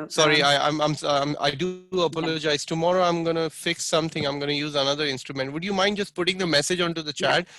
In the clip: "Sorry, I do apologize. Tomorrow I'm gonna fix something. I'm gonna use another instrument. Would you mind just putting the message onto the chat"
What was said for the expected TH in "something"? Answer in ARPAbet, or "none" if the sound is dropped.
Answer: T